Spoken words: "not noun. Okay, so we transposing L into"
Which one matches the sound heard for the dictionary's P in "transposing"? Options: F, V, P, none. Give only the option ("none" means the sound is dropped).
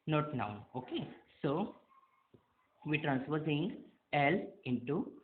F